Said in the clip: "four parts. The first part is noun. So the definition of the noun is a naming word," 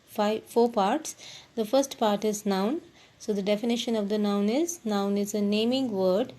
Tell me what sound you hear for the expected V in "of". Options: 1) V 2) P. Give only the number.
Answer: 1